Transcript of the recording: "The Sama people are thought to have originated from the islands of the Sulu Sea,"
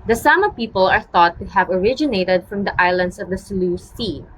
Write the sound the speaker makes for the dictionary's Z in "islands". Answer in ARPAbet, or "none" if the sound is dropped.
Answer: S